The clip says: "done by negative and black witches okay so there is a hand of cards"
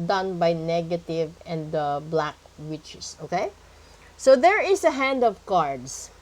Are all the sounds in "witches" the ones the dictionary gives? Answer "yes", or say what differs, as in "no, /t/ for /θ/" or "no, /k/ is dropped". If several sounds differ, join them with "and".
no, /s/ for /z/